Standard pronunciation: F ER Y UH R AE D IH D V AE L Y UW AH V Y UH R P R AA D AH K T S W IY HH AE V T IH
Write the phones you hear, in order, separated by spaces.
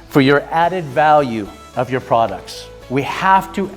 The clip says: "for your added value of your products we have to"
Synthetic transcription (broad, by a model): F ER Y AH R AE D IH D V AE L Y UW AH V Y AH R P R AA D AH K T S W IY HH AE F T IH